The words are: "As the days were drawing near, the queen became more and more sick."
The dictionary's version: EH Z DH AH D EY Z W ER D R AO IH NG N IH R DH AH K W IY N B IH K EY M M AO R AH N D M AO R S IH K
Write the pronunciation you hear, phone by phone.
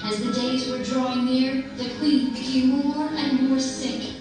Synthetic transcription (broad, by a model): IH Z DH AH D EY Z W ER D R AO IH NG N IH R DH AH K W IY N B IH K EY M M AO R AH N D M AO R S IH K